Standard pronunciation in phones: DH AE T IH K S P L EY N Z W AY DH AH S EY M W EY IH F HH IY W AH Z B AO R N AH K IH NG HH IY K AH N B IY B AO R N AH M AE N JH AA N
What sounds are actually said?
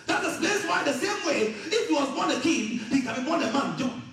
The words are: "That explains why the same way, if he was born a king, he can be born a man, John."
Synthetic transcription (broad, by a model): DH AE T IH S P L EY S W AY DH AH S EY M W EY IH F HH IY W AH Z B AO R N AH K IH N HH IY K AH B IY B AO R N AH M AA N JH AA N